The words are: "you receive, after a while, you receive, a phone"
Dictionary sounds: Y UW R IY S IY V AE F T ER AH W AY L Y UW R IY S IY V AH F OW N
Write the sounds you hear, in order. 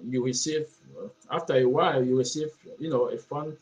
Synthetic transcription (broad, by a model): Y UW R IY S IY V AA F T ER AH W AY L Y UW R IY S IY V AH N OW N